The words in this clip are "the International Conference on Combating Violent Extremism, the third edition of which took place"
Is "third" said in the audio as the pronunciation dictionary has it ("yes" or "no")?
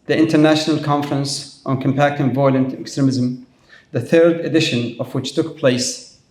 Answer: yes